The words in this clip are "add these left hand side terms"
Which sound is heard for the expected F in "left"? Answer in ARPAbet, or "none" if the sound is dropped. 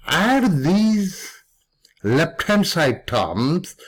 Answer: P